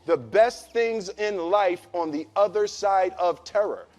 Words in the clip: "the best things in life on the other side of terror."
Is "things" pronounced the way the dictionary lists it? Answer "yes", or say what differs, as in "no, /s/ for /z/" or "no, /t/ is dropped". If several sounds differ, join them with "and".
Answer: yes